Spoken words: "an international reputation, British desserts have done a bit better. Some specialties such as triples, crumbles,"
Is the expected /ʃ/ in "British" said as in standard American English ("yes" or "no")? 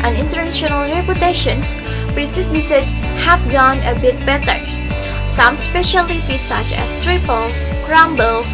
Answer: no